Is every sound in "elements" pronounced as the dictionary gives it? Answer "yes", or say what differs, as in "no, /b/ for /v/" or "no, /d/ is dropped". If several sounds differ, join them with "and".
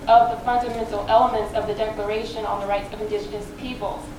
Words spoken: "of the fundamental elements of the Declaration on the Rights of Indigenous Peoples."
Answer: yes